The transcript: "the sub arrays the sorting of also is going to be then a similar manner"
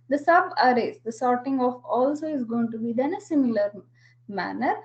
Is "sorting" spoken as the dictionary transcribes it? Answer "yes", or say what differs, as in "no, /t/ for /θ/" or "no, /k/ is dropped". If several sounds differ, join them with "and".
yes